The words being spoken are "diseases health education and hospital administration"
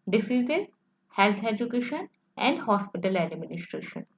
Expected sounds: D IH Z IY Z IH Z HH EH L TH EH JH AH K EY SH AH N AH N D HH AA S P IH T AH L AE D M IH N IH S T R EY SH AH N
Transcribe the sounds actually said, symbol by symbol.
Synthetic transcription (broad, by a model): D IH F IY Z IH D HH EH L S EH JH AH K EY SH AH N AH N D HH AA S P IH T AH L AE D M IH N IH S T R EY SH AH N